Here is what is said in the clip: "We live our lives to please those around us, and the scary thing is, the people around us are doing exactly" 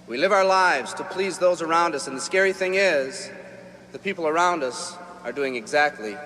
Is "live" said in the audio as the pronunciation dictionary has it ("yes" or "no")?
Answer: yes